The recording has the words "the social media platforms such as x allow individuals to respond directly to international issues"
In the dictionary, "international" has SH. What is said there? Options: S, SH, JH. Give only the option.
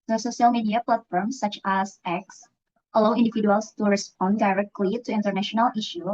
SH